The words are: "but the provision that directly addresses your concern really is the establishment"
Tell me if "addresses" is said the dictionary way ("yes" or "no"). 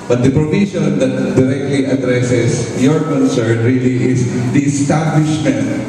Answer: no